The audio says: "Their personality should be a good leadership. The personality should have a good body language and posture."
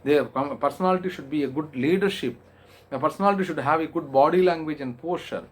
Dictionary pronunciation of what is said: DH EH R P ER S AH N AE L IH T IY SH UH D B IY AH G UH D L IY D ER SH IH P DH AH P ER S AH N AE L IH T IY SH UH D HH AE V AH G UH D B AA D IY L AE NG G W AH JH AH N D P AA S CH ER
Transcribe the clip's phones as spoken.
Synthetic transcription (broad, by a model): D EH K P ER S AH N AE L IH T IY SH UH D B IY AH G UH D L IY D ER SH IH P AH P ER S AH N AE L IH T IY SH UH D HH AE V AH G UH D B AA D IY L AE NG G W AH JH AH N D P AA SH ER